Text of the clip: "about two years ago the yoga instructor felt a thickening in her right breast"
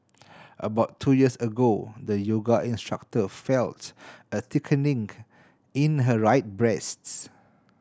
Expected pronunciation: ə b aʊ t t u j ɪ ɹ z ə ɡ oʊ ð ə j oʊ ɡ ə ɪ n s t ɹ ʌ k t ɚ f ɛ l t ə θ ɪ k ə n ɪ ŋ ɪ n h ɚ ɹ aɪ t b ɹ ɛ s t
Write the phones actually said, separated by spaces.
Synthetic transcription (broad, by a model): ə b aʊ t t u j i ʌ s ə ɡ oʊ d ə j oʊ ɡ ə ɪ n s t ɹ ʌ k t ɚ f ɛ l t ə t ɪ k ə n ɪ ŋ ɪ n h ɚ ɹ aɪ t b ɹ ɛ s t